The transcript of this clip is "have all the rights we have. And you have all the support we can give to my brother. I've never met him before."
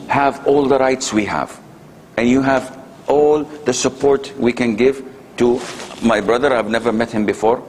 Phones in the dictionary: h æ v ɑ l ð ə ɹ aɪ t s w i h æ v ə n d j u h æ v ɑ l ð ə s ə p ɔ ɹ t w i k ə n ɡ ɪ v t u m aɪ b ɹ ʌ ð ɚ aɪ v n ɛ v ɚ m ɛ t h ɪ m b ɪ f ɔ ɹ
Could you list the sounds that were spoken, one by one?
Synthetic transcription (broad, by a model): h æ v ɑ l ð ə ɹ aɪ t s w i h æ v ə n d j u h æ v ɑ l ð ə s ə p ɔ ɹ t w i k ə n ɡ ɪ v t u m aɪ b ɹ ʌ ð ɚ aɪ v n ɛ v ɚ m ɛ t h ɪ m b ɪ f ɔ ɹ